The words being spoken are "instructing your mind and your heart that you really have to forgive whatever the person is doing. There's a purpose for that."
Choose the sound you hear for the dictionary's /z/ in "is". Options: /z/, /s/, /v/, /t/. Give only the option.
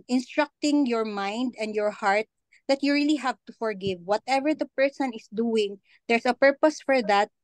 /s/